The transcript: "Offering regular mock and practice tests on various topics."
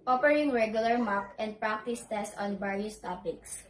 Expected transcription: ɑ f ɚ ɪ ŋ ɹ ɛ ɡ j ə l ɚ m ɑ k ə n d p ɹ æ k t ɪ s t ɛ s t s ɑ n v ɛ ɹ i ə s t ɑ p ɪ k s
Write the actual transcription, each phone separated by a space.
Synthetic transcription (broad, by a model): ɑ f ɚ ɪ ŋ ɹ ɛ ɡ j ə l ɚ m ɑ k ə n d p ɹ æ k t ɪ s t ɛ s t ɑ n b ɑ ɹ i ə s t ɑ p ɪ k s